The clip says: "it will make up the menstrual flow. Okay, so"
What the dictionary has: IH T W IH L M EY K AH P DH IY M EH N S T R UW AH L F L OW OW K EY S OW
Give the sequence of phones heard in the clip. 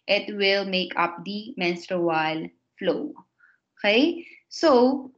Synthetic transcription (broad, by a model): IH T W IH L M EY K AH P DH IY M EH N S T W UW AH L F L OW OW K EY S OW